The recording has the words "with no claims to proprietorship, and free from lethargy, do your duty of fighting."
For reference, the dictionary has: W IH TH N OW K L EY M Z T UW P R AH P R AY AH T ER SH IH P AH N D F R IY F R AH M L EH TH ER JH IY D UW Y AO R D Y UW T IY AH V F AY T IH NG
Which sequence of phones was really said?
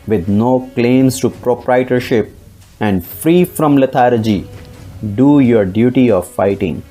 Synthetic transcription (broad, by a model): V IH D N OW K L EY M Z T UW P R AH P R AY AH T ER SH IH P AH N D F R IY F R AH M L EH T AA JH IY D UW Y AO R D Y UW T IY AH V F AY T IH NG